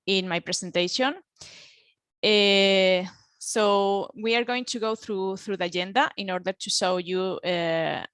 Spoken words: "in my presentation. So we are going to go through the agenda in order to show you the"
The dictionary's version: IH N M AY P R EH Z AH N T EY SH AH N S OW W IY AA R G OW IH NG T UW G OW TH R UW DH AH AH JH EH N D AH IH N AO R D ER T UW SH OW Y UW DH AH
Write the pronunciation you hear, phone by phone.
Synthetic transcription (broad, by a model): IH N M AY P R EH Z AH N T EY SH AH N S OW W IY AA R G OW IH NG T UW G OW TH R UW DH AH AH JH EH N D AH IH N AO R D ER T UW SH OW Y UW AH